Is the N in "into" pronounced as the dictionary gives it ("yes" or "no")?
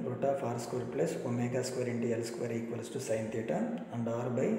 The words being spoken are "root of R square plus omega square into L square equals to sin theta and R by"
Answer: yes